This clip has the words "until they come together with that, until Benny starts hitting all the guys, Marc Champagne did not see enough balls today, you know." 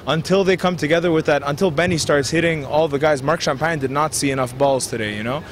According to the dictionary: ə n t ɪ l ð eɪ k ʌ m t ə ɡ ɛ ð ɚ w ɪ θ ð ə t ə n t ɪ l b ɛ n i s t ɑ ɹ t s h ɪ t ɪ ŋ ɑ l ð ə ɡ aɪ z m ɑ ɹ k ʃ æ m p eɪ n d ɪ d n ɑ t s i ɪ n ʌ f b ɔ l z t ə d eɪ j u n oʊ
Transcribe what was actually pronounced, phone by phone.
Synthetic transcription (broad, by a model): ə n t ɪ l ð eɪ k ʌ m t ə ɡ ɛ ð ɚ w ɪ ð ə t ə n t ɪ l b ɛ n i s t ɑ ɹ t s h ɪ t ɪ ŋ ɑ l ð ə ɡ aɪ z m ɑ ɹ k ʃ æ m p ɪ n d ɪ d n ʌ t s i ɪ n ʌ f b ɔ l z t ə d eɪ j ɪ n oʊ